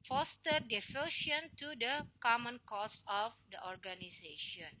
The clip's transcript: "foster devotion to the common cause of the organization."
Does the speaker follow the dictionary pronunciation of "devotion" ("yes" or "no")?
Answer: no